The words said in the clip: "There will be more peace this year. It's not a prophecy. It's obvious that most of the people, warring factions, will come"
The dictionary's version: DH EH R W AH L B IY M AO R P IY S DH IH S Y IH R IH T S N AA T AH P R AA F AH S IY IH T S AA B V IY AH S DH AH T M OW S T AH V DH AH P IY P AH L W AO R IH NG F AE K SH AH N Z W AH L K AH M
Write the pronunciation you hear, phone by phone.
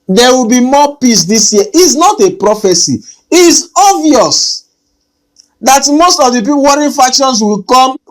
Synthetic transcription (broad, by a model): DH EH W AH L B IY M AO P IY S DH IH S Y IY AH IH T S N AA T AH P R AA F AH S IY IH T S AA V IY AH S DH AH T M OW S T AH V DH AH P IY P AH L W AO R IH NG F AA K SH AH N S W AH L K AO M